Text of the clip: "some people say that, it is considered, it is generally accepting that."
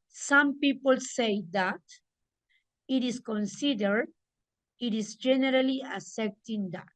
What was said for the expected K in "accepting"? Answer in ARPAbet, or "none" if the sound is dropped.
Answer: none